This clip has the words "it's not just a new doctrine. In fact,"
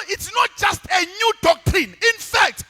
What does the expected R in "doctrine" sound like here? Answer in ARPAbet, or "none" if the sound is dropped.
R